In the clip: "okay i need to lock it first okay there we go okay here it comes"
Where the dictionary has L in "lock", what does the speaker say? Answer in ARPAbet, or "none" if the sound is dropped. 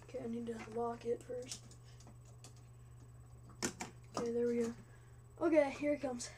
W